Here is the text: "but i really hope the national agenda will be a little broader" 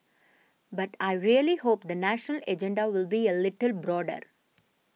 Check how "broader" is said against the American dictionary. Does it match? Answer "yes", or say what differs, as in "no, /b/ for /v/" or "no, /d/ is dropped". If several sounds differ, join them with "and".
yes